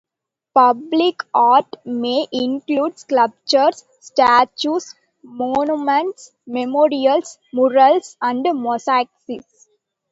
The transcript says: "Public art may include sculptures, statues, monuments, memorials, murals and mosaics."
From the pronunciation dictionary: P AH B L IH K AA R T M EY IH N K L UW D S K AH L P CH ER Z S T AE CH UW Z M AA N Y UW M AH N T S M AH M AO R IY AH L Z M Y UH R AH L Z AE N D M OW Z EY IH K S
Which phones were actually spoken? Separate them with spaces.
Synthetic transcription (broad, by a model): P AH B L IH K AA R T M EY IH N K L UW D S K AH P CH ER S T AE CH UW S M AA N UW M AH N T S M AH M AO R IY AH L S M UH R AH L S AE N D M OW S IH K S